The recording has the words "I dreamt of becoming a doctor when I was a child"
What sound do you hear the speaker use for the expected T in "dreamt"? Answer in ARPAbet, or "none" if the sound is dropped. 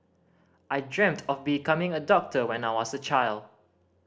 T